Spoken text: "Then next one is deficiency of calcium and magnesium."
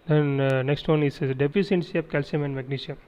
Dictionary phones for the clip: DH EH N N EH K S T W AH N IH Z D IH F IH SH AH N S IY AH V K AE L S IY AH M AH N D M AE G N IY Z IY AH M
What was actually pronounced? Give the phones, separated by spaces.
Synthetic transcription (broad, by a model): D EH N N EH K S T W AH N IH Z D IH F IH S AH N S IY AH P K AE L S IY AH M AH N D M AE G N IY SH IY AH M